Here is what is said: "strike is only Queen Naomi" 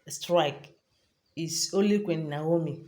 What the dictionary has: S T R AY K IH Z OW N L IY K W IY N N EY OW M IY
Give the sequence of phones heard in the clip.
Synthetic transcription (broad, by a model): S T R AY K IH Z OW L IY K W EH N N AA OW M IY